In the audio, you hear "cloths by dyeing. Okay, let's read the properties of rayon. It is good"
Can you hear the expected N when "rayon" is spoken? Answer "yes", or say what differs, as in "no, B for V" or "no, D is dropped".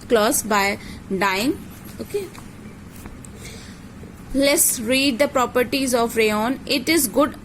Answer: yes